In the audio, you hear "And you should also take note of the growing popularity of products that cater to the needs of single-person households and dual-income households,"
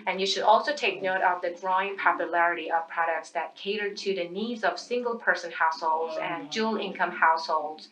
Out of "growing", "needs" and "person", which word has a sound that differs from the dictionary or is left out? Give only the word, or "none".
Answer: none